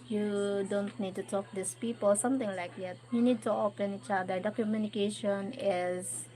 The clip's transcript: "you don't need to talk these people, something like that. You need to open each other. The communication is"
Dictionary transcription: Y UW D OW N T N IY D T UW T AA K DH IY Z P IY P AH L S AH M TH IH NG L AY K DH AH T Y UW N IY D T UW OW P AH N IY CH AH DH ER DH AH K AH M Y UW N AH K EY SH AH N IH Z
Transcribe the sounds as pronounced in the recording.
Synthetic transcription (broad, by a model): Y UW D OW N T N IY D T UW T AA K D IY S P IY P AH L S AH M T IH NG L AY K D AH T Y UW N IY D T UW OW P AH N IY CH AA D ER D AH K AH M Y UW N AH K EY SH AH N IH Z